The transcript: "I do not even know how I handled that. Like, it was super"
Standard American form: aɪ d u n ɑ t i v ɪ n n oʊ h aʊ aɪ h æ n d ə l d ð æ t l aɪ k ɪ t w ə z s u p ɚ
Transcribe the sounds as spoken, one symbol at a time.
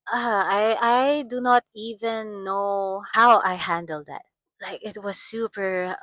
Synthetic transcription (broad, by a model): aɪ d u n ɑ t i v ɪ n n oʊ h aʊ aɪ h æ n d ə l d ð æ t l aɪ k ɪ t w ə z s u p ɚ